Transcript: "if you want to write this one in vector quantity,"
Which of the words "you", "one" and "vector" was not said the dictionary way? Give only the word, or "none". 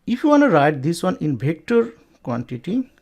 vector